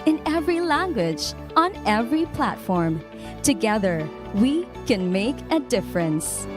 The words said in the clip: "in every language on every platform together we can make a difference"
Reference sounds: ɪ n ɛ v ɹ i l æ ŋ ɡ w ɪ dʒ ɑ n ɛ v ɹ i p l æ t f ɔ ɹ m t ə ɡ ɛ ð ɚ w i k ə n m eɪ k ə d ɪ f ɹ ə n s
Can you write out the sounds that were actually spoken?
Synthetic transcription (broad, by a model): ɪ n ɛ v ɹ i l æ ŋ ɡ w ɪ dʒ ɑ n ɛ v ɹ i p l æ t f ɔ ɹ m t ə ɡ ɛ ð ɚ w i k ə n m eɪ k ə d ɪ f ɹ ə n s